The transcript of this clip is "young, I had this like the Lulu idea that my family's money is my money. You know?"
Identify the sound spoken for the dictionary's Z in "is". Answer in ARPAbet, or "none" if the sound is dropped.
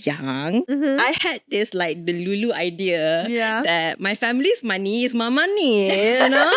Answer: S